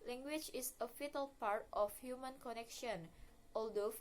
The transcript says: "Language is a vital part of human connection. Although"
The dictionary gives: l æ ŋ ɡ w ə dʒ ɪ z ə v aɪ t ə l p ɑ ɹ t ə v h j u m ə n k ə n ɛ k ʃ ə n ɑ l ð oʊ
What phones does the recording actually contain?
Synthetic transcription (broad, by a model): l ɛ ŋ ɡ w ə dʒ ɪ s ə f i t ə l p ɑ ɹ t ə f h j u m ə n k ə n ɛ k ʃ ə n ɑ l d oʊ